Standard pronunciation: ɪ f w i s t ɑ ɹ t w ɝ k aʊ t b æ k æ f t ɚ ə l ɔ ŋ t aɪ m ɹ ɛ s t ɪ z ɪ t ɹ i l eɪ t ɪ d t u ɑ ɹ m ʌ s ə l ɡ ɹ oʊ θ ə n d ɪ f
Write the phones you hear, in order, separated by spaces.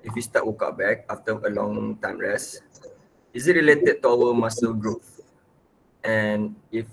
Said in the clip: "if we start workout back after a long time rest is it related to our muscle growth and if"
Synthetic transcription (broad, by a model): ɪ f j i s t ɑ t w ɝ k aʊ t b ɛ k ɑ f t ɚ ə l ɔ ŋ t aɪ m ɹ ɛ s ɪ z ɪ t ɹ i l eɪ t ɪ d t u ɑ w m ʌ s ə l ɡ ɹ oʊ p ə n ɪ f